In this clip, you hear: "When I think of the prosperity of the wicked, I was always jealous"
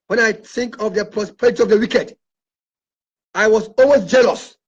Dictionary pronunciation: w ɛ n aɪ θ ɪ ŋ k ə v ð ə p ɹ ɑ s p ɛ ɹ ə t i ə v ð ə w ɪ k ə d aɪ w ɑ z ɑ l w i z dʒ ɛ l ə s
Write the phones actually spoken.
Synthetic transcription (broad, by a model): w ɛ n aɪ θ ɪ ŋ k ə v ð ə p ɹ ɑ s p ɛ ɹ ə t i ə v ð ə w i k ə d aɪ w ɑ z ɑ l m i s dʒ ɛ l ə s